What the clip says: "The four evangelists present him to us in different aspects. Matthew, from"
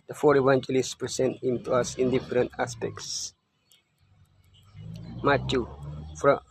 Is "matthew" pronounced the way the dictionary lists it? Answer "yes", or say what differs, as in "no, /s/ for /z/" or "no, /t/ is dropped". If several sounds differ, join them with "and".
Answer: no, /t/ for /θ/